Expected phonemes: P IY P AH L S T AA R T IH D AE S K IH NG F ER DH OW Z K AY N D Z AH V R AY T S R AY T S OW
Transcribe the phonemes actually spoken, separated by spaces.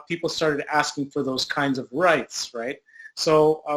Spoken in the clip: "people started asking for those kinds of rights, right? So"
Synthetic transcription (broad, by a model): P IY P L S T AA R T IH D AE S K IH NG F ER DH OW Z K AY N D Z AH V R AY T S R AY T S OW